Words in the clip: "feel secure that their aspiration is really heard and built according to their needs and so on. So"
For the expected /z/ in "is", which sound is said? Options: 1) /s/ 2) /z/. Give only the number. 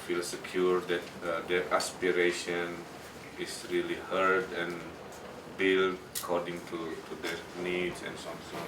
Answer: 1